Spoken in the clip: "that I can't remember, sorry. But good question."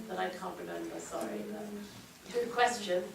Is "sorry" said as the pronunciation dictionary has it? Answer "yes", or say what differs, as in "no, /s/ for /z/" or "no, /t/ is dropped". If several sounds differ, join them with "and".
yes